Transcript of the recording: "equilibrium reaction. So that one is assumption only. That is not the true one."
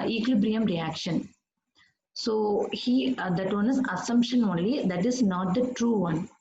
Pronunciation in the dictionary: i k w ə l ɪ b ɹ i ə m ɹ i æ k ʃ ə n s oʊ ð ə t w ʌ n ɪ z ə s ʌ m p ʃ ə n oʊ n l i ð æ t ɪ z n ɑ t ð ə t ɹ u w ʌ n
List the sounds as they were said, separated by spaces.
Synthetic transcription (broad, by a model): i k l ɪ b ɹ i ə m ɹ i æ k ʃ ə n s oʊ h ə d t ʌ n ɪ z ə s ʌ m p ʃ ə n oʊ n l i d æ t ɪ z n ɑ t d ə t ɹ u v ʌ n